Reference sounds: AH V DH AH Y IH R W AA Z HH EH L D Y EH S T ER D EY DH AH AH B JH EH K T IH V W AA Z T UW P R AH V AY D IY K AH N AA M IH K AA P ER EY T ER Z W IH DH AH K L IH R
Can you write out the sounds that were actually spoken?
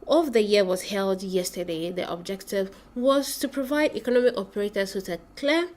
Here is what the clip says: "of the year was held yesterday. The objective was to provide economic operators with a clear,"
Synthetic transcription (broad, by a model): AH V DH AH Y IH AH W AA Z HH EH L D Y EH S T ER D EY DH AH AH B JH EH K T IH V W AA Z T UW P R AH V AY D IY K AH N AA M IH K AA P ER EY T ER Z W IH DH AH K L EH